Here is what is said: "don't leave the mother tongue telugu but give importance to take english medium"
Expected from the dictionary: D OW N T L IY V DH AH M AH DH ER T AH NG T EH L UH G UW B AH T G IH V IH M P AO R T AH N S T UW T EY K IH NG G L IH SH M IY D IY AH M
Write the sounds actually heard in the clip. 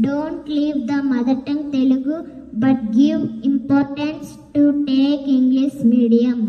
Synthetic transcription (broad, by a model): D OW N T L IY V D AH M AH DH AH T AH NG T EH L UH G UW B AH T G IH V IH M P AO R T AH N S T UW T EY K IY NG G L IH S M IY D IY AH M